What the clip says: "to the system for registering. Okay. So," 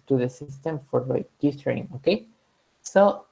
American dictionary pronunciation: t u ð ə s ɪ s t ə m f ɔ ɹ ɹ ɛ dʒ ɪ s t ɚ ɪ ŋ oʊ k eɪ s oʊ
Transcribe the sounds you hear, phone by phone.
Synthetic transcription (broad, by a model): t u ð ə s ɪ s t ə m f ɔ ɹ l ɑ ɪ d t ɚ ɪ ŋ oʊ k eɪ s oʊ